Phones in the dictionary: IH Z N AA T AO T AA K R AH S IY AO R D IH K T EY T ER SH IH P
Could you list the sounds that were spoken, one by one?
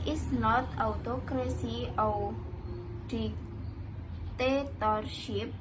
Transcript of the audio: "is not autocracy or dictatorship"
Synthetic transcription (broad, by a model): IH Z N AA T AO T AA K R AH S IY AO W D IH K T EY T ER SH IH P